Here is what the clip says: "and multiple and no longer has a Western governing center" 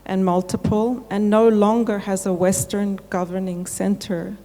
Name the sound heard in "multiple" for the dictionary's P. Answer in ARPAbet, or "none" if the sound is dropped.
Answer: P